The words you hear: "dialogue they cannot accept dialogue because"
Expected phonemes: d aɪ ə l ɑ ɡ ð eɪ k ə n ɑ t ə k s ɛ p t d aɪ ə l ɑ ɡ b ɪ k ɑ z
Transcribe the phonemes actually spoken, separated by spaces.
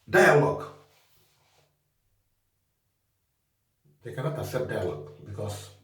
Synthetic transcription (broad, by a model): d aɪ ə l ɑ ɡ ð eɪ k ə n ɑ t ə s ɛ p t d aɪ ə l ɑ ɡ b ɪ k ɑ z